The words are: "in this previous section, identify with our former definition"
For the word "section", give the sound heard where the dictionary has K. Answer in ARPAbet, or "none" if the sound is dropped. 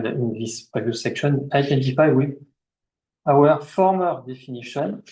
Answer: K